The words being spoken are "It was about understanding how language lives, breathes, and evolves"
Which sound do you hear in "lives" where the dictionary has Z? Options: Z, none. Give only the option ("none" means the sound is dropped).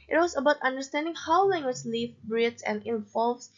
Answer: none